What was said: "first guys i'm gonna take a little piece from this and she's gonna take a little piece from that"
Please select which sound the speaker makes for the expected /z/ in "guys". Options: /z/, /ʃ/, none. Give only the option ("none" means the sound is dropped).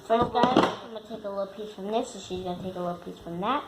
none